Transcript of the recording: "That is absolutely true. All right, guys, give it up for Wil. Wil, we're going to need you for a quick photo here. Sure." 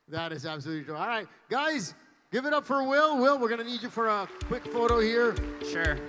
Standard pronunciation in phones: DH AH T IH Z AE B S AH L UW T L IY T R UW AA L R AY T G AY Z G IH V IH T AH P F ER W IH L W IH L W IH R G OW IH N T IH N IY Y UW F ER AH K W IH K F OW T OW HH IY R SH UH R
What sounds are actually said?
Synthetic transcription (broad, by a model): DH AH T IH Z AE B S AH L UW T L IY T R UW AA L R AY T G AY Z G IH V IH T AH P F ER W IH L W IH L W IH R G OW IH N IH N IY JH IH F ER AH K W IH K F OW T OW HH IY R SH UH R